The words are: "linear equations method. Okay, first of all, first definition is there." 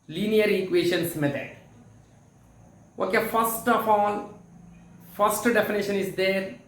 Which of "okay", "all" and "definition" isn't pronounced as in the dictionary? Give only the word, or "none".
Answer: all